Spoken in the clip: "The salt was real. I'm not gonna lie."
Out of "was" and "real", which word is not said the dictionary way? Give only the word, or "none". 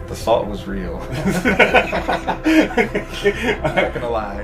none